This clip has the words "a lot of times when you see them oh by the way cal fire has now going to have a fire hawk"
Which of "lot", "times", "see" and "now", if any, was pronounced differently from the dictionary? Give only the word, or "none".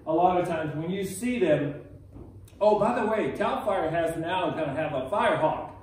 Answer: none